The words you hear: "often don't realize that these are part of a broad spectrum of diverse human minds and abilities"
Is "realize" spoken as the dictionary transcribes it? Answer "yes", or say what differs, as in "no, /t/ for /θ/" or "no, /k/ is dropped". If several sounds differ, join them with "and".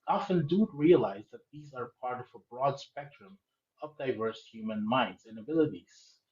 yes